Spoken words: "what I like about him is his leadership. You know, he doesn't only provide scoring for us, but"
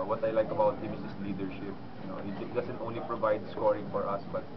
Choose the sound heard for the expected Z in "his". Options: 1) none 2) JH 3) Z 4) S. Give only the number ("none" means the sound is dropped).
4